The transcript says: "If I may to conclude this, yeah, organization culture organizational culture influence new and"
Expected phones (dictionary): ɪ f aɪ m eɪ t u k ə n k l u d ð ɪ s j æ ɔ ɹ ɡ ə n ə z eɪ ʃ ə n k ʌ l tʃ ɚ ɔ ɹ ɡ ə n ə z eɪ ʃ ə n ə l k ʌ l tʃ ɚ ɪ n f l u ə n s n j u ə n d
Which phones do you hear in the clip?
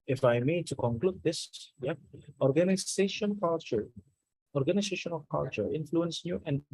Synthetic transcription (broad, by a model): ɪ f aɪ m eɪ t u k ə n k l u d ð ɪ s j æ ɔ ɹ ɡ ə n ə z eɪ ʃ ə n k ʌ l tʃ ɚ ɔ ɹ ɡ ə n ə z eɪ ʃ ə n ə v k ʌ l tʃ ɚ ɪ n f l u ə n s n j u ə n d